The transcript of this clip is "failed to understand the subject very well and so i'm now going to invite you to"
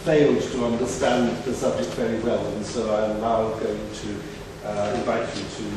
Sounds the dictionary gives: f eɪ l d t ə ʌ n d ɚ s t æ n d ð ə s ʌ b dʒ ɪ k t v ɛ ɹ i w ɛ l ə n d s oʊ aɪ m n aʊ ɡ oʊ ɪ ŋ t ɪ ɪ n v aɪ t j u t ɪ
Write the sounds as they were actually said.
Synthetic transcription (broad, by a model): f eɪ l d t ə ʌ n d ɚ s t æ n ð ə s ʌ b dʒ ɪ k t v ɛ ɹ i w ɛ l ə n s oʊ aɪ m l aʊ ɡ oʊ ɪ ŋ t ɪ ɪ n v aɪ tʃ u t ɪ